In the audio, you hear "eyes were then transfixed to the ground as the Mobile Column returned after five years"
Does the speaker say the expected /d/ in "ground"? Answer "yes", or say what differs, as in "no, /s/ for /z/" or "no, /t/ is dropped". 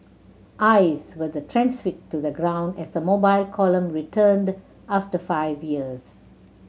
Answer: yes